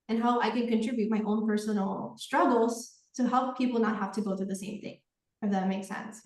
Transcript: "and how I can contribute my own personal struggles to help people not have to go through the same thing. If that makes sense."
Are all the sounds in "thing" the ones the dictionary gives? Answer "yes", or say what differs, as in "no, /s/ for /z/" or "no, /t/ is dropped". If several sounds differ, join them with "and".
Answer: yes